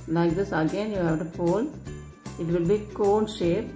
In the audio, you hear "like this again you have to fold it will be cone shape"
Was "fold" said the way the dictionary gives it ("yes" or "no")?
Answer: no